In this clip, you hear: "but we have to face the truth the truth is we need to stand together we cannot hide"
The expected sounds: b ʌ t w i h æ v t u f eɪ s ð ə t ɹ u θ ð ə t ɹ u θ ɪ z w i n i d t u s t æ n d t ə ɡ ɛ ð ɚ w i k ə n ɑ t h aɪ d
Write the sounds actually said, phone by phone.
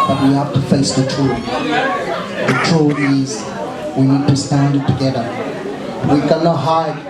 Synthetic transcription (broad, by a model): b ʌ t w i h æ f t u f eɪ s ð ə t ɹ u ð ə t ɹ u ɪ z w i n i d t u s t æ n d t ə ɡ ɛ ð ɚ w i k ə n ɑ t h aɪ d